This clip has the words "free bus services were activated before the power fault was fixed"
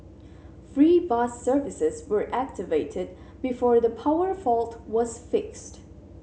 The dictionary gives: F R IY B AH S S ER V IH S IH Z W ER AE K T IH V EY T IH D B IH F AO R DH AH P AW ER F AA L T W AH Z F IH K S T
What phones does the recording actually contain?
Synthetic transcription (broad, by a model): F R IY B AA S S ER V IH S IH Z W ER AE K T IH V EY T IH D B IH F AO R DH AH P AW ER F AA L T W AH Z F IH K S T